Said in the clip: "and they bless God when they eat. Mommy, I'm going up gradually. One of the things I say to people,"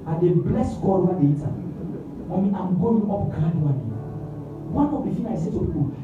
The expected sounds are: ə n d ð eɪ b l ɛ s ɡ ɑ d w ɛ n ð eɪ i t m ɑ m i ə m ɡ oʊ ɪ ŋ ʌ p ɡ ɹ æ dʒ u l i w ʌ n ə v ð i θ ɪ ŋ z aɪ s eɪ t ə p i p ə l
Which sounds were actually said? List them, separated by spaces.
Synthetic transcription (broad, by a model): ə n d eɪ b l ɛ s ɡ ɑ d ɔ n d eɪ i t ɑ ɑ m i ə m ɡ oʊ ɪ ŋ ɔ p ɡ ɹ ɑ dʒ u n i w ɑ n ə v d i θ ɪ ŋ aɪ s eɪ t ə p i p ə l